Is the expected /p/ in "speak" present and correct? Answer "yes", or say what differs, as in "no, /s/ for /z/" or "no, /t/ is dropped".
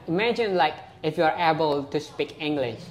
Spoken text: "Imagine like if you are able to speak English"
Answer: yes